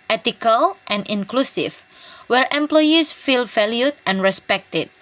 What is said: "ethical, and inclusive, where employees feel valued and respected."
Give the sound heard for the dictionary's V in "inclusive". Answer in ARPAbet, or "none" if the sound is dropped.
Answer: F